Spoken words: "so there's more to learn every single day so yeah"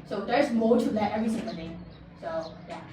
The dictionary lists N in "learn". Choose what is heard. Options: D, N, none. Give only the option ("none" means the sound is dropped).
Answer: none